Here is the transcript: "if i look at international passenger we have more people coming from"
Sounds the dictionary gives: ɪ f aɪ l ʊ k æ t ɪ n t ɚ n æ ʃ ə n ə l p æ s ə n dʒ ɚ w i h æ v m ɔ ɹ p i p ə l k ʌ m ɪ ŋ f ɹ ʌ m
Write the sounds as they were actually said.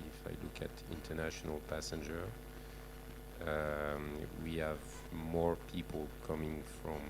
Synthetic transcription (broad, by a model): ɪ f aɪ l ʊ k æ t ɪ n t ɚ n æ ʃ ə n ə l p æ s ə n dʒ ɚ w i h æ v m ɔ ɹ p i p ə l k ʌ m ɪ ŋ f ɹ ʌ m